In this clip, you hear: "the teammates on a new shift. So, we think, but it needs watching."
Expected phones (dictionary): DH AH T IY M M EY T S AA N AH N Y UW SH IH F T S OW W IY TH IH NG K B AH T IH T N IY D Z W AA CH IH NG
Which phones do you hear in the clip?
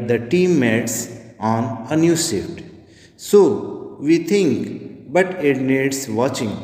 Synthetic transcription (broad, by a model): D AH T IY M M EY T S AA N AH N Y UW S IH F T S OW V IY T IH NG K B AH T IH T N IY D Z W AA CH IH NG